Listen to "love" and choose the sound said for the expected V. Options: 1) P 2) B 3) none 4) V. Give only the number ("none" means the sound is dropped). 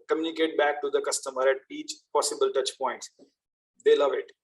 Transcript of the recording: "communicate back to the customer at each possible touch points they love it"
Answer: 4